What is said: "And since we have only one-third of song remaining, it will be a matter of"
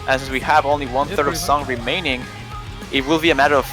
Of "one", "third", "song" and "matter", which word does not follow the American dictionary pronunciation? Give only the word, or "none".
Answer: none